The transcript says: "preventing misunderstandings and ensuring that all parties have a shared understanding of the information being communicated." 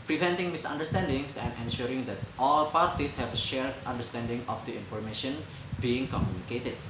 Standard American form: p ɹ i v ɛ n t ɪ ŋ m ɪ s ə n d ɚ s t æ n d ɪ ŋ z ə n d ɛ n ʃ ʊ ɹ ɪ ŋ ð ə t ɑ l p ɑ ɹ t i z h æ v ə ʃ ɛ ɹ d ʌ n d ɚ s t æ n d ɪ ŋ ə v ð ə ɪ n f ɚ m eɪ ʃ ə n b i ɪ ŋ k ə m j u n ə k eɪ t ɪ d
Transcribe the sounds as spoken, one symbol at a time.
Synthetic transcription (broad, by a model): p ɹ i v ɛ n t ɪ ŋ m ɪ s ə n d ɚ s t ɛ n d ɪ ŋ s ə n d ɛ n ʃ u ɹ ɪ ŋ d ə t ɑ l p ɑ ɹ t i s h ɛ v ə ʃ ɛ ɹ d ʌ n d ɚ s t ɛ n d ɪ ŋ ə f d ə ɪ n f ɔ m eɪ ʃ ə n b i ɪ ŋ k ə m j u n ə k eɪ t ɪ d